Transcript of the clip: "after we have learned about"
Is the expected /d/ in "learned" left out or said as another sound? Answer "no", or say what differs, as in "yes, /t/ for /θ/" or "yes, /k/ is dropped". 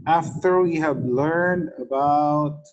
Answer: no